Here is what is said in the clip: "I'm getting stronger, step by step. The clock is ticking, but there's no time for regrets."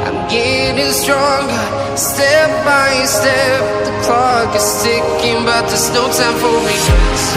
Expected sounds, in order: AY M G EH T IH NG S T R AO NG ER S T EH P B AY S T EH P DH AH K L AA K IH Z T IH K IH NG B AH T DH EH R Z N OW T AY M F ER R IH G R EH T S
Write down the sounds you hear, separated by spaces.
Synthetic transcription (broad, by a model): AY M G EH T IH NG S T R AO NG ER S T EH P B AY S T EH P DH AH K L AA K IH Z T IH K IH NG B AH T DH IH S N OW S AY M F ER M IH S